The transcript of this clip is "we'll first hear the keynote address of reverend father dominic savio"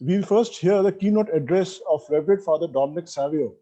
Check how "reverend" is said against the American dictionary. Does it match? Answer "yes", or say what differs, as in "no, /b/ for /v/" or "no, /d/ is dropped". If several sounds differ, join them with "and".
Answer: no, /n/ is dropped